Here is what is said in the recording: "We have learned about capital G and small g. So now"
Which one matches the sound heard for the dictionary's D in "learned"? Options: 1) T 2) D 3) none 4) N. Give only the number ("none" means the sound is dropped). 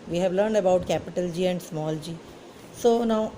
2